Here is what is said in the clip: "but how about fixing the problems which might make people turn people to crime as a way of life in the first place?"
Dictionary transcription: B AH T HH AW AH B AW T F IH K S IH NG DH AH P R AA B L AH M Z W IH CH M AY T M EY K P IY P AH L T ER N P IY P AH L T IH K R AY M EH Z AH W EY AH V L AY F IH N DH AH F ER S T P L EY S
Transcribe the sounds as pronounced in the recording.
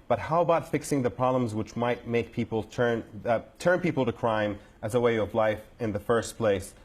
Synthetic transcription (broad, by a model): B AH T HH AW AH B AW T F IH K S IH NG DH AH P R AA B L AH M Z W IH CH M AY T M EY K P IY P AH N T ER N P IY P L T IH K R AY M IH Z AH W EY AH V L AY F IH N DH AH F ER S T P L EY S